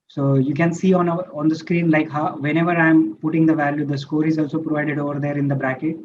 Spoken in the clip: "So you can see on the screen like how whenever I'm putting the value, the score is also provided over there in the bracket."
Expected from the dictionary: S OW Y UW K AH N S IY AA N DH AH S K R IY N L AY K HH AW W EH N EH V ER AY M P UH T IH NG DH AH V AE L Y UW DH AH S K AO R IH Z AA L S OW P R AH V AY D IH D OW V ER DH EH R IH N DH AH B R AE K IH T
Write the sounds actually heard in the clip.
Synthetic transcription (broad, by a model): S OW Y UW K AH N S IY AA N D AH S K R IY N L AY K HH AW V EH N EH V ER AY M P UH T IH NG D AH V AE L Y UW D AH S K AO R IH Z AA L S OW P R AH V AY D IH D OW V ER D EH R IH N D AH B R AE K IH T